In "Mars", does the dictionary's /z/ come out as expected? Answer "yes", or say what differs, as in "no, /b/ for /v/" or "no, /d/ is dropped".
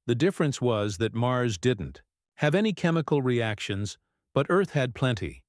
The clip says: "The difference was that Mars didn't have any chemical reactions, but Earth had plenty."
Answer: yes